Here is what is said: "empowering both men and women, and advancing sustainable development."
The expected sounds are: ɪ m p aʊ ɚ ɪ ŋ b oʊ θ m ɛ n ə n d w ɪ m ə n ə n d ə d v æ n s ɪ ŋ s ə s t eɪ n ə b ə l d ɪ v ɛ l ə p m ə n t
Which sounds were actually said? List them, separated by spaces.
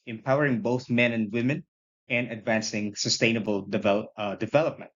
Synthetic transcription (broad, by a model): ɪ m p aʊ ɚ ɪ ŋ b oʊ θ m ɛ n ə n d w ɪ m ə n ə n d ə d v æ n s ɪ ŋ s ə s t eɪ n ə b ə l d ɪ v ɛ l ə p m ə n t